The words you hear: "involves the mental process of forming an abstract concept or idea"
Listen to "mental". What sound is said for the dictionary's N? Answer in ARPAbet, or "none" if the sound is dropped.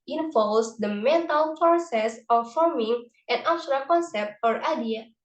N